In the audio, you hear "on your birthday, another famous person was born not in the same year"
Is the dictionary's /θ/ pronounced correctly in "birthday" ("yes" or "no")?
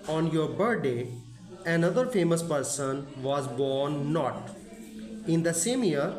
no